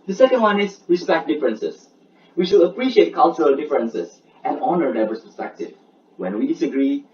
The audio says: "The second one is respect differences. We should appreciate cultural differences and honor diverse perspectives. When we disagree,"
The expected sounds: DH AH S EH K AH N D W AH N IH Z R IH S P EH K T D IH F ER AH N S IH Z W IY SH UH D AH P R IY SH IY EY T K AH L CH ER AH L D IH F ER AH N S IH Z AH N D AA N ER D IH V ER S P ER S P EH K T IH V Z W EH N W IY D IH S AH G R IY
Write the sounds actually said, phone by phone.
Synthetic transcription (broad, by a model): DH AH S EH K AH N D W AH N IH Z R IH S P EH K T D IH F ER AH N S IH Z W IY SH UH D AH P R IY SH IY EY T K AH L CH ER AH L D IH F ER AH N S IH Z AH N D AA N ER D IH B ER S P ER S P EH K T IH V W EH N W IY D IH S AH G R IY